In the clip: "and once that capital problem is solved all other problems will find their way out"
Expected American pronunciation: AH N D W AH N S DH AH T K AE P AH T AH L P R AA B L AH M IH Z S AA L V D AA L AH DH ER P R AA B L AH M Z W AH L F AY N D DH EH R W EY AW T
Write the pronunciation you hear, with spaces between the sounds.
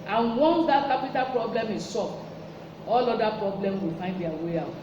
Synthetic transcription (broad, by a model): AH N W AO N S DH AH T K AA P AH T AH L P R AA B L AH M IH S AA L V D AA L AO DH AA P R AA B L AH M W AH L F AY N D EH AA W EY AW T